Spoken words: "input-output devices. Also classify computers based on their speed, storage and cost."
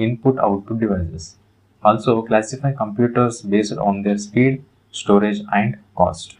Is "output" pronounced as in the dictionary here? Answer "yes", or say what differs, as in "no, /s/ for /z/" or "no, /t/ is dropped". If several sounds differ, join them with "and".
no, /p/ is dropped